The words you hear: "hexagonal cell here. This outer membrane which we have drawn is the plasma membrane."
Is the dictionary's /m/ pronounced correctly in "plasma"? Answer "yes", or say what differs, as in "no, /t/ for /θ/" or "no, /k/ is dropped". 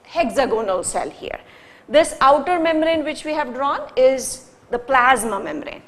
yes